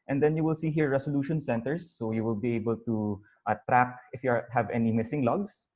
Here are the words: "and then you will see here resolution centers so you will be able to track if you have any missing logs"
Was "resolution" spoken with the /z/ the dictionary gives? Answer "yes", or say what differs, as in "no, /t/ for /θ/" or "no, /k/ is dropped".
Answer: no, /s/ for /z/